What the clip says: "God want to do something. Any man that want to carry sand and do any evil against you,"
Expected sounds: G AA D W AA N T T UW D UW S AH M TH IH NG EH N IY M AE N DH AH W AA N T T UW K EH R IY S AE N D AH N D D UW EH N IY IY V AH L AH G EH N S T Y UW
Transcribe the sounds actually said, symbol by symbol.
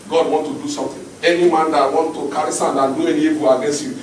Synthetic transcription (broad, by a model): G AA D W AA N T T UW D UW S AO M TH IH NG EH N IY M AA N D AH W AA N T T UW K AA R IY S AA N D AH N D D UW EH N IY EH B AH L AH G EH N S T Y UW